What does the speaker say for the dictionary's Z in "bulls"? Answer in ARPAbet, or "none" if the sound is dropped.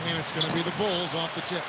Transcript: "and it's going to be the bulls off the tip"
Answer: Z